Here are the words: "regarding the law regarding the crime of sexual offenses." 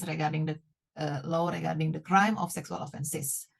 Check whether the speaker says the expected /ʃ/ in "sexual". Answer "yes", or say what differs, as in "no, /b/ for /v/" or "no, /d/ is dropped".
no, /s/ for /ʃ/